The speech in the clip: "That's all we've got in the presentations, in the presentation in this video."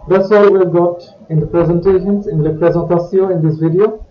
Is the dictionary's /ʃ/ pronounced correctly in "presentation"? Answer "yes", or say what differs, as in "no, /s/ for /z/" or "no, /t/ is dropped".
no, /s/ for /ʃ/